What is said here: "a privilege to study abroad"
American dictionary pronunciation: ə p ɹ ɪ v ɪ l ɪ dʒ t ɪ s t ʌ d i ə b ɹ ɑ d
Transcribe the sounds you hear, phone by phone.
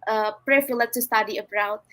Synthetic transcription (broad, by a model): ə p ɹ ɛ f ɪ l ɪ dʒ t ɪ s t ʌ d i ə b ɹ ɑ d